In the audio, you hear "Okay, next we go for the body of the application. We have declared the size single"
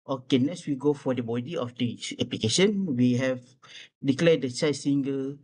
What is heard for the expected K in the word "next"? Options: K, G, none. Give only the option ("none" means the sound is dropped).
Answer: none